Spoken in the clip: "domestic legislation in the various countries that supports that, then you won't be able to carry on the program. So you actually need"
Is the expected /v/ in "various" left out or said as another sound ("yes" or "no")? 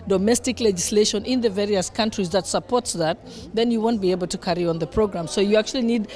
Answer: no